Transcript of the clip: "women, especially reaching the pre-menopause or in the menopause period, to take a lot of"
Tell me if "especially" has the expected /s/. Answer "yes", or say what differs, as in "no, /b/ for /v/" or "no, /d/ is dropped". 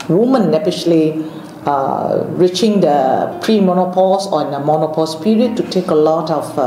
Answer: no, /s/ is dropped